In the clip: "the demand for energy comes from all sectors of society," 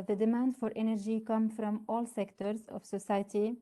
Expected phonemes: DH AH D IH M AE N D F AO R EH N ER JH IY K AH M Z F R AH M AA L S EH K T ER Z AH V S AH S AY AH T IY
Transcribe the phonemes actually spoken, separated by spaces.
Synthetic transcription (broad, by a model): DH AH D IH M AE N D F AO R EH N ER JH IY K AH M F R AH M AA L S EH K T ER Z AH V S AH S AY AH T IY